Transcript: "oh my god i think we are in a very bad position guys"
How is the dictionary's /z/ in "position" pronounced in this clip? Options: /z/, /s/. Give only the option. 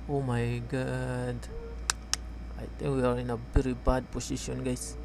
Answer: /s/